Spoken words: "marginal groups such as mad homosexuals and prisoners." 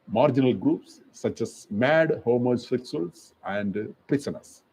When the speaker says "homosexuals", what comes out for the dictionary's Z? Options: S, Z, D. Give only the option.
S